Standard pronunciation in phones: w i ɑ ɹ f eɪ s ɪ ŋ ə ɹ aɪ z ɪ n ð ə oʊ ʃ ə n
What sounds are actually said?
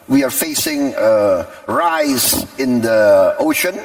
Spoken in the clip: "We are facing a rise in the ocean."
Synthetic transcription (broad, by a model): w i ɑ ɹ f eɪ s ɪ ŋ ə ɹ aɪ z ɪ n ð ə oʊ ʃ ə n